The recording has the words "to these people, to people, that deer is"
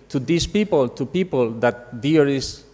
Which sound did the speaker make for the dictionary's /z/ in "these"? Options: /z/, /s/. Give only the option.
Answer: /s/